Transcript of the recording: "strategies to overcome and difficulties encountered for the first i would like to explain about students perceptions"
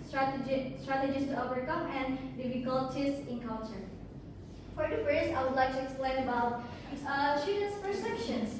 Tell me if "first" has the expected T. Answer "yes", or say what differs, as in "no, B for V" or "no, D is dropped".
no, T is dropped